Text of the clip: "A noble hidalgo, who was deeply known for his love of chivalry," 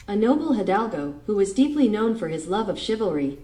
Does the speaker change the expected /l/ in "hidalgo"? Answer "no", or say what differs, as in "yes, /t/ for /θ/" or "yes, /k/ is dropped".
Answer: no